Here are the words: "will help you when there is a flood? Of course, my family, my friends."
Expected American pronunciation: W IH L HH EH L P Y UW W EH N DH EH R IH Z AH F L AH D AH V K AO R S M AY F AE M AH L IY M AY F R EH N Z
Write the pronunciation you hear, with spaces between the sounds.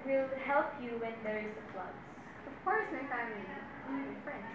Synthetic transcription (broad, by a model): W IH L HH EH L P Y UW W EH N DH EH R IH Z AH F L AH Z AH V K AO R S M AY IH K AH IY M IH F R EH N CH